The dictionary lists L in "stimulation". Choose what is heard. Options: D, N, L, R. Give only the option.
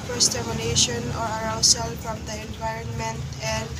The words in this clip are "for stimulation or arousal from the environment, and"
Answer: N